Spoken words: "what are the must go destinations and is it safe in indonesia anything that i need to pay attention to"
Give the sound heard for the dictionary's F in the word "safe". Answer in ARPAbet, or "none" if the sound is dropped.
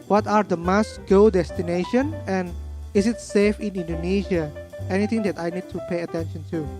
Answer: F